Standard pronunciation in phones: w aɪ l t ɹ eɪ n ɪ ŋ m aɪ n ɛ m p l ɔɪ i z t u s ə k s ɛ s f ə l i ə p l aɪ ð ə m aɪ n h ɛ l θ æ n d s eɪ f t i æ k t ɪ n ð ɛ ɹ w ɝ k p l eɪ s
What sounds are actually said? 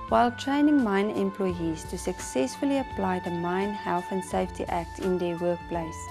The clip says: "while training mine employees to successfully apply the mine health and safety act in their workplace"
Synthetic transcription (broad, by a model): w aɪ l t ɹ eɪ n ɪ ŋ m aɪ n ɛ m p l ɔɪ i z t u s ə k s ɛ s f ə l i ə p l aɪ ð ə m aɪ n h ɛ l θ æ n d s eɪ f t i æ k t ɪ n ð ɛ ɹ w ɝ k p l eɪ s